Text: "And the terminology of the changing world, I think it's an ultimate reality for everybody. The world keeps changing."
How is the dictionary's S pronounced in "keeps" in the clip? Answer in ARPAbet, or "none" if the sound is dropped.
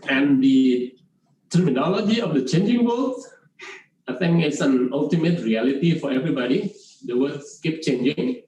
none